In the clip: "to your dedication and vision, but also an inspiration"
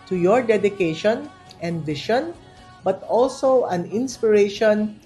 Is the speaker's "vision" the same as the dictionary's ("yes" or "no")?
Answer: no